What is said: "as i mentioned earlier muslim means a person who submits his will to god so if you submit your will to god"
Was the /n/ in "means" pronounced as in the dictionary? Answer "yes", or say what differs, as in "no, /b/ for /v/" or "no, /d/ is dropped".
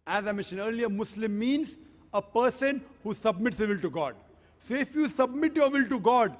yes